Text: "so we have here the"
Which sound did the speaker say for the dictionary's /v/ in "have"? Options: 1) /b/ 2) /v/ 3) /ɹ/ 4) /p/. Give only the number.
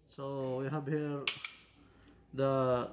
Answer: 1